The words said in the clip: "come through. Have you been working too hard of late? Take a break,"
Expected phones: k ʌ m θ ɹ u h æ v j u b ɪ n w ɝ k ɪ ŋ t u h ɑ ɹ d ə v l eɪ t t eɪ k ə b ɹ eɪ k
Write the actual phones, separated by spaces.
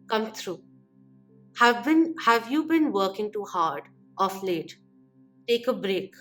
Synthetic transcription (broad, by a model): k ʌ m t ɹ u h æ v j u b ɪ n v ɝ k ɪ ŋ t u h ɑ ɹ d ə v l eɪ t t eɪ k ə b ɹ eɪ k